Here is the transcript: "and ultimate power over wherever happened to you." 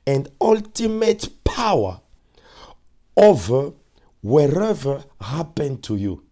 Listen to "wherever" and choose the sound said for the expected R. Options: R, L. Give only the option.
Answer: R